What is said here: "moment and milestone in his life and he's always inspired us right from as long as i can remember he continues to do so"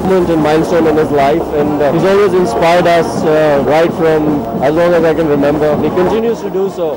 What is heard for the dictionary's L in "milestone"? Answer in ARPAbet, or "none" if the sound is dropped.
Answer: N